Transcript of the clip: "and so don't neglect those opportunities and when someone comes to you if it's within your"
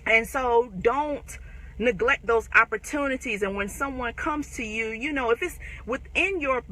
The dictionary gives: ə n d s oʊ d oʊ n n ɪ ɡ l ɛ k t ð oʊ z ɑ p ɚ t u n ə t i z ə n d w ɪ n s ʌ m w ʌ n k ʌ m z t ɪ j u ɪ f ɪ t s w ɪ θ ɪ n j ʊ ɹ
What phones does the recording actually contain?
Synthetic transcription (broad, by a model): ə n s oʊ d oʊ n n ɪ ɡ l ɛ k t ð oʊ z ɑ p ɚ t u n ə t i z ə n w ɪ n s ʌ m w ʌ n k ʌ m z t ɪ j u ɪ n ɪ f s w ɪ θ ɪ n j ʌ ɹ